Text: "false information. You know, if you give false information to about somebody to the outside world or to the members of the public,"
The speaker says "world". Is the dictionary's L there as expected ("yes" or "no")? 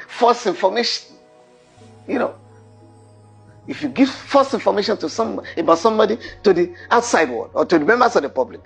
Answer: no